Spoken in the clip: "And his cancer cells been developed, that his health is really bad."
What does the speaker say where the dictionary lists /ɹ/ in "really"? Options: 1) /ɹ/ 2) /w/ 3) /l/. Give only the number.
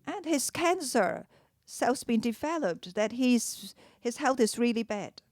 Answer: 1